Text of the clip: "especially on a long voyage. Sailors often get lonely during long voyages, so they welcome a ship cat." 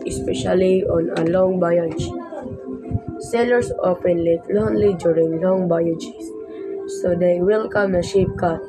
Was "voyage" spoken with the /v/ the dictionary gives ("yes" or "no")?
no